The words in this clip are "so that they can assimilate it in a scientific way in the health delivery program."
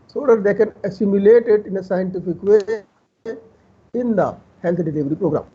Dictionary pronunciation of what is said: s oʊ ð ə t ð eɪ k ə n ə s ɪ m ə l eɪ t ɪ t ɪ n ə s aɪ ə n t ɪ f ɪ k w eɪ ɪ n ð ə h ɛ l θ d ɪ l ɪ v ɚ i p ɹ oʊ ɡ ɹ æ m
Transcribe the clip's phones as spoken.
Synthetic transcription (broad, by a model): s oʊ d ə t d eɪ k ə n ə s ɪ m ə l eɪ t ɪ t ɪ n ə s aɪ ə n t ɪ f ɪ k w eɪ ɪ n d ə h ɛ l t d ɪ l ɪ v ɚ i p ɹ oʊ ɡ ɹ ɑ m